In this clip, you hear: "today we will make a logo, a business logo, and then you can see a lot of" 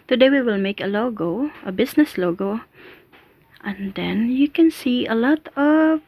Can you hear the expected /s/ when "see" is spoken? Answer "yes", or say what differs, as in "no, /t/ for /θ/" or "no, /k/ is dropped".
yes